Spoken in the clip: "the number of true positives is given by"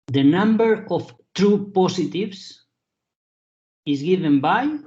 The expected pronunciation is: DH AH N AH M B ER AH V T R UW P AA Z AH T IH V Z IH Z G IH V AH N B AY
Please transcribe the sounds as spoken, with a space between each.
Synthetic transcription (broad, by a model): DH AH N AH M B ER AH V T R UW P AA S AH T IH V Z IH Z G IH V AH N B AY